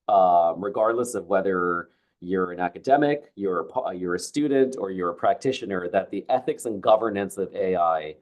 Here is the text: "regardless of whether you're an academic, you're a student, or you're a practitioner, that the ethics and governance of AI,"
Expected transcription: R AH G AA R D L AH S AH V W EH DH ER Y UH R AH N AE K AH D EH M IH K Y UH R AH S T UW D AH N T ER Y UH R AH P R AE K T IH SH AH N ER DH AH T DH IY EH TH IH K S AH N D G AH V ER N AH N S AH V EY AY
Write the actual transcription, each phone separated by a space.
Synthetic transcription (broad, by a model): R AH G AA R D L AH S AH V W EH DH ER Y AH R AH N AE K AH D EH M IH K Y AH R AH S T UW D N T ER Y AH R AH P R AE K T IH SH AH N ER DH AH T DH IY EH TH IH K S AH N G AH V ER N AH N S AH V EY AY